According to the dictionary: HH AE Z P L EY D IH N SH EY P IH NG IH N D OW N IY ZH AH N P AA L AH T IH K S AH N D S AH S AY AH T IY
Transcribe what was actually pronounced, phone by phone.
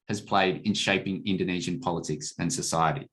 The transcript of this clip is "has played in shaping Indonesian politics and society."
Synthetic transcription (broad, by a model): HH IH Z P L EY D IH N SH EY P IH NG IH N D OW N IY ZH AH N P AA L AH T IH K S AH N S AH S AY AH T IY